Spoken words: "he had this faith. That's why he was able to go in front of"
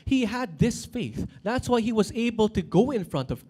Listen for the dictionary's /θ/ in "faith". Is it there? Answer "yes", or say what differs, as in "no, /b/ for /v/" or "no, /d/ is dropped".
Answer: yes